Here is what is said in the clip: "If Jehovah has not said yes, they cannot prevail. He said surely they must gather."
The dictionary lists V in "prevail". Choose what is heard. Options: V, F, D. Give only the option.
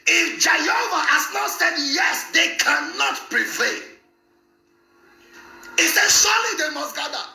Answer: F